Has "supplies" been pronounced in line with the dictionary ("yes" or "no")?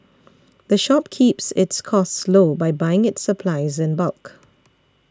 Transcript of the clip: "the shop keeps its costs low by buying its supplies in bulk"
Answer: yes